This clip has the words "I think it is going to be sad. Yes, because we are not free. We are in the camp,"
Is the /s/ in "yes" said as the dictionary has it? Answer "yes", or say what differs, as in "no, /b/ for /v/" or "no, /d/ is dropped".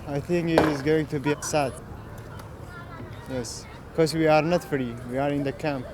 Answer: yes